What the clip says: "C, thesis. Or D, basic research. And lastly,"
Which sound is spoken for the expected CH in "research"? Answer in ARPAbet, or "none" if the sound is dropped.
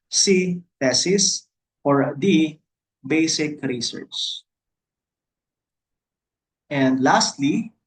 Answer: S